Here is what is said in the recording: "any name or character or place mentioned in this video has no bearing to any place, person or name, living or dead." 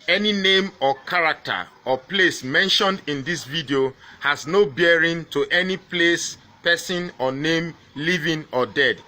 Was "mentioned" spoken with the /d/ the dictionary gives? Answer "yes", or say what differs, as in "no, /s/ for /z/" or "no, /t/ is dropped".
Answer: yes